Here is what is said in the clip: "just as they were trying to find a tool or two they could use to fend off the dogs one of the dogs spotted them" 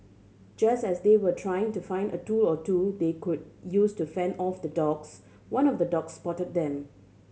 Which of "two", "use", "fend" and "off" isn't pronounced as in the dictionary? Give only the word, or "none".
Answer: none